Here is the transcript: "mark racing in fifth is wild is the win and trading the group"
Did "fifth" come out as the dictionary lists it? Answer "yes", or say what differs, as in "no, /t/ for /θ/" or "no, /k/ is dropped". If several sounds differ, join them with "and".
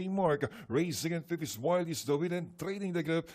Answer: no, /f/ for /θ/